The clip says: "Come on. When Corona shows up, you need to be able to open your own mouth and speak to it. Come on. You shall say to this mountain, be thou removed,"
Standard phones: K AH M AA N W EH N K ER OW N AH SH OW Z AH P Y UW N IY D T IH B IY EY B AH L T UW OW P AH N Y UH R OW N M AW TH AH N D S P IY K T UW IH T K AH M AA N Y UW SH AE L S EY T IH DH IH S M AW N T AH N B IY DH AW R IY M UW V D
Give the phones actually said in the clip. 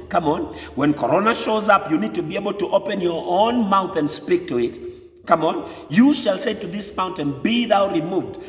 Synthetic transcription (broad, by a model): K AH M AA N W EH N K ER OW N AH SH OW Z AH P Y UW N IY D T IH B IY EY B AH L T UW OW P AH N Y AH R OW N M AW TH AH N D S P IY K T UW IH T K AH M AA N Y UW SH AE L S EY T IH DH IH S M AW N T AH N B IY DH AW R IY M UW V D